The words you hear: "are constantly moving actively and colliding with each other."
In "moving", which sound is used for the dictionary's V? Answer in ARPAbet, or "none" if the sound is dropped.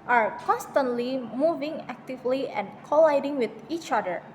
V